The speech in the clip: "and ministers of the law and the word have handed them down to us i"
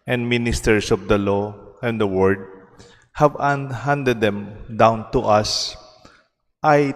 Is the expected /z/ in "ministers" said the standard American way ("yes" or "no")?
no